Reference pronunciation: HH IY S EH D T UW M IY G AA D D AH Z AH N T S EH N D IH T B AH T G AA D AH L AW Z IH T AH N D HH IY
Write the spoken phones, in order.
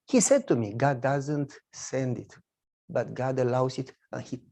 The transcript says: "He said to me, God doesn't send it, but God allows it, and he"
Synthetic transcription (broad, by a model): HH IY S EH D T UW M IY G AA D D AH Z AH N T S EH N D IH T B AH T G AA D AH L AW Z IH T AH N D HH IY